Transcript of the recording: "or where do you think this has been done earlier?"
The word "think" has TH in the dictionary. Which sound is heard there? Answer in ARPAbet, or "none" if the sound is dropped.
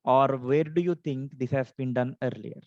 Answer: T